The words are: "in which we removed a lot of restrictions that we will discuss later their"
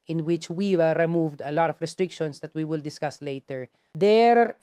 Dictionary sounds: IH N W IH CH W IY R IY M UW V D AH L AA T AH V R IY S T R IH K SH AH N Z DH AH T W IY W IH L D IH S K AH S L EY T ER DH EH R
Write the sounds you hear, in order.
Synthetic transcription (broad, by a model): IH N W IH CH W IY R IY M UW V D AH L AA T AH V R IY S T R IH K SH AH N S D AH T W IY W IH L D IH S K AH S L EY T ER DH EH R